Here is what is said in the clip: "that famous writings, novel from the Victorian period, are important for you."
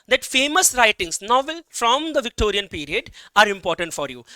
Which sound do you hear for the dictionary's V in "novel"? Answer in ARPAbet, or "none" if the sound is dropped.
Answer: V